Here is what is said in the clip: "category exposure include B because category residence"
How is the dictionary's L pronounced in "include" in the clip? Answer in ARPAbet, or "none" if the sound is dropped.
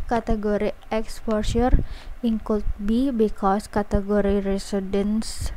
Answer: none